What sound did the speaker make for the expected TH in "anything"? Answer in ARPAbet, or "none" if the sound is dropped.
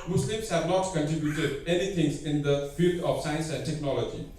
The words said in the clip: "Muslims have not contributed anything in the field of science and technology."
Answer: T